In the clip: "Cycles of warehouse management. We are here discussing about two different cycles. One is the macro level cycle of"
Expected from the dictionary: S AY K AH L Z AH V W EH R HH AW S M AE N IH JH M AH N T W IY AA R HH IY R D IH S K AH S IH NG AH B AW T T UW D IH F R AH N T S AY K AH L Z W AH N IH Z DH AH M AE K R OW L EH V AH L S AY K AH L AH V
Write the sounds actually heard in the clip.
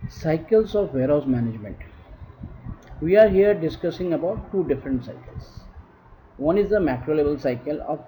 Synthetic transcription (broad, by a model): S AY K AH L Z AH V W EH R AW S M AE N IH JH M AH N T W IY AA R HH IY R D IH S K AH S IH NG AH B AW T T UW D IH F R AH N T S AY K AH L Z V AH N IH Z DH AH M AE K R OW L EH B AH L S AY K AH L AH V